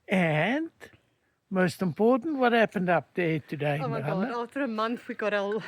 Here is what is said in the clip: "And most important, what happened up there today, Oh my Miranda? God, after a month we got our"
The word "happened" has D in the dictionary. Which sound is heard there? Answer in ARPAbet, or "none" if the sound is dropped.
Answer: D